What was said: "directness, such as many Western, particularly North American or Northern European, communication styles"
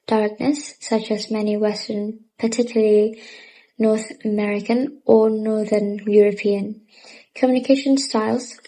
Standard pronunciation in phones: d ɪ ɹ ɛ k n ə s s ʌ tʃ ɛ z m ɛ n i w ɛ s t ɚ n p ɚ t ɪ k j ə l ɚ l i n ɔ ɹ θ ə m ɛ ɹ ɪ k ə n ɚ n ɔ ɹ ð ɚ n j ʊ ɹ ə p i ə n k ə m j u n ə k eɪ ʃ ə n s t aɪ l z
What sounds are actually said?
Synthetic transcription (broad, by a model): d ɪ ɹ k n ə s s ʌ tʃ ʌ z m ɛ n i w ɛ s t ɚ n p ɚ t ɪ k j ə l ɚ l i n ɔ ɹ θ ə m ɛ ɹ ɪ k ə n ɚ n ɔ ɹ ð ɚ n j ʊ ɹ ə p i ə n k ə m j u n ə k eɪ ʃ ə n s t aɪ l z